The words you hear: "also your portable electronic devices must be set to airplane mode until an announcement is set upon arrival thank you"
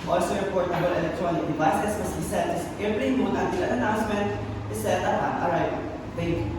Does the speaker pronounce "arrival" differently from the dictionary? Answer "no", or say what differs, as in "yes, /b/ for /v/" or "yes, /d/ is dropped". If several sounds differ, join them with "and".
yes, /v/ is dropped